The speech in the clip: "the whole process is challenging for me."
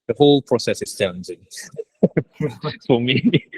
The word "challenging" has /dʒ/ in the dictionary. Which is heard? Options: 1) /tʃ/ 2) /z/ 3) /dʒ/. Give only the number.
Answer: 2